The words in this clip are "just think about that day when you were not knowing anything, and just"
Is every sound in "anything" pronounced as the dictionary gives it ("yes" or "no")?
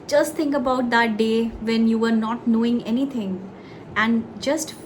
no